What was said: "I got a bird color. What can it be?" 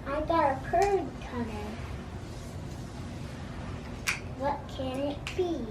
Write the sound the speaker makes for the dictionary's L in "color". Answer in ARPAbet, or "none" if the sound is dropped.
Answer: N